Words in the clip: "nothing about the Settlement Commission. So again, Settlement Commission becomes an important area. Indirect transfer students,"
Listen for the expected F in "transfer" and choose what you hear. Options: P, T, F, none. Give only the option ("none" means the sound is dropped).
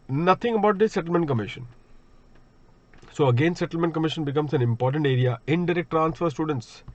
F